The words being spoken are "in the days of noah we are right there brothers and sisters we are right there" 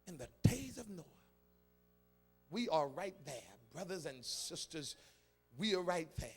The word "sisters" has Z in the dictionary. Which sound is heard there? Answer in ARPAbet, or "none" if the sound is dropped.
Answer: Z